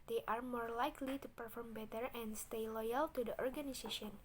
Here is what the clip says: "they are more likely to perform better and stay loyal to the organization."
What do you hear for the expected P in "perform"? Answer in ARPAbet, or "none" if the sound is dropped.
P